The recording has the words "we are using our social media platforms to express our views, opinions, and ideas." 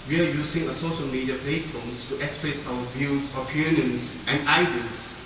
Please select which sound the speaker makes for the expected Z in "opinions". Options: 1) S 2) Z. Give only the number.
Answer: 1